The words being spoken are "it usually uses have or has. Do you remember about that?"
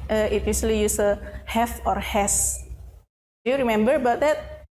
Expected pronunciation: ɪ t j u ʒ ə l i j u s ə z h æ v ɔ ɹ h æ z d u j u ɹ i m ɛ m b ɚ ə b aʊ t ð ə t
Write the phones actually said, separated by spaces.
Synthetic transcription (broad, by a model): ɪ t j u s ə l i j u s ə h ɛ f ɔ ɹ h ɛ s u j u ɹ i m ɛ m b ɚ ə b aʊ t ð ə t